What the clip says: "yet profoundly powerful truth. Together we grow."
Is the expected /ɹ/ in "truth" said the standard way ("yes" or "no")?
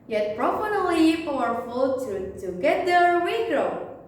no